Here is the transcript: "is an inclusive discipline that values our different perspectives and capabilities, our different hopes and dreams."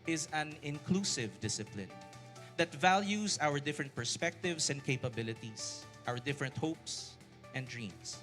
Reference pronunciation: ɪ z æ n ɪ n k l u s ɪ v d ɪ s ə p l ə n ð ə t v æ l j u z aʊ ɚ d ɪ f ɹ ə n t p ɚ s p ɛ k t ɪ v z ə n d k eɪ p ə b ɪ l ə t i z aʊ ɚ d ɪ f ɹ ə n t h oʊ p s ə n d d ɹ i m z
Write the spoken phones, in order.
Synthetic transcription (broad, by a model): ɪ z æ n ɪ n k l u s ɪ v d ɪ s ə p l ə n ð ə t v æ l j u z aʊ ɚ d ɪ f ɹ ə n t p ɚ s p ɛ k t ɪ v s ə n d k eɪ p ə b ɪ l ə t i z aʊ ɚ d ɪ f ɹ ə n t h oʊ p s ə n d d ɹ i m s